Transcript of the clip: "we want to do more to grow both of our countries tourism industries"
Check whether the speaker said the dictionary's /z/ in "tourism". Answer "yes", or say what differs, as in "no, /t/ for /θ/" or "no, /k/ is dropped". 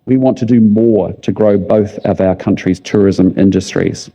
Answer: yes